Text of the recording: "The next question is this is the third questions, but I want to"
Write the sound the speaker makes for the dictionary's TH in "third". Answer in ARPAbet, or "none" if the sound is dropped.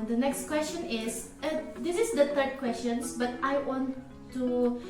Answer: T